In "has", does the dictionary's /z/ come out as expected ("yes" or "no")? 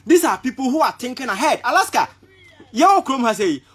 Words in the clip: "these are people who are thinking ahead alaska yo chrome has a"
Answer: no